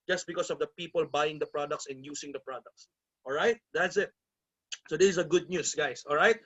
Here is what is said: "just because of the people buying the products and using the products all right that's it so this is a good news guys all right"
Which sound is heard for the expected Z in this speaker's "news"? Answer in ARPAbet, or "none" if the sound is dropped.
S